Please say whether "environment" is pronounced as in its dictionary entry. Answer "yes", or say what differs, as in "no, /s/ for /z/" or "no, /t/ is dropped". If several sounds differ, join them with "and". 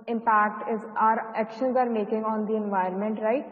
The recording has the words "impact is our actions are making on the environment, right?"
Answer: no, /ɹ/ is dropped